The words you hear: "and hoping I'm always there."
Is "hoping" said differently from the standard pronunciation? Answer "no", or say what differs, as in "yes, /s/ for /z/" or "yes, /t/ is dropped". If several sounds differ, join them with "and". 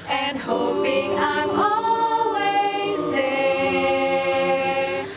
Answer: no